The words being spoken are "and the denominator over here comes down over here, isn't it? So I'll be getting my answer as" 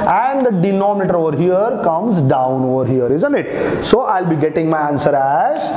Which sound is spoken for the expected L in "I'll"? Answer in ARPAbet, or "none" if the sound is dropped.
L